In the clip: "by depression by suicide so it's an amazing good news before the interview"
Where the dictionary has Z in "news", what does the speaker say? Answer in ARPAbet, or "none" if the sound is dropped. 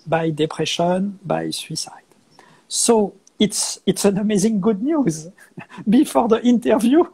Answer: Z